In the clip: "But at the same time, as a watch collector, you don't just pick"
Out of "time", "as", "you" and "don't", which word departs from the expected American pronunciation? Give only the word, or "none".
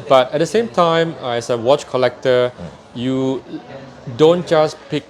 as